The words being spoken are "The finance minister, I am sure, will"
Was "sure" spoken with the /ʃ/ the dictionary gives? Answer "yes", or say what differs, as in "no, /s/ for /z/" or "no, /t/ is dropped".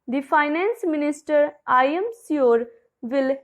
no, /s/ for /ʃ/